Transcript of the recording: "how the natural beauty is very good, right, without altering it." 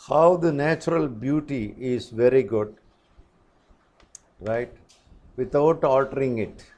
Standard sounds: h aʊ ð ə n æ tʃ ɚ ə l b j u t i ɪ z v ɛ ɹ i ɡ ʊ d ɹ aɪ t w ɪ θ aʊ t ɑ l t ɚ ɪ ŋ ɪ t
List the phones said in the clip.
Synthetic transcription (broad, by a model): h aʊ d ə n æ tʃ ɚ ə l b j u t i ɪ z v ɛ ɹ i ɡ ʊ d ɹ aɪ t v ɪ t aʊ t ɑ l t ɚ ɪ ŋ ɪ t